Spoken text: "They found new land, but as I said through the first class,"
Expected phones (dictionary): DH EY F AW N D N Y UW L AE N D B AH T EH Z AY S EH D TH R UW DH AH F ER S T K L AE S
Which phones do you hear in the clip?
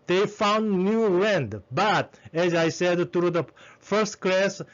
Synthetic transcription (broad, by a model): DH EY F AW N D N Y UW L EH N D B AH T EH Z AY S EH D T R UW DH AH F ER S T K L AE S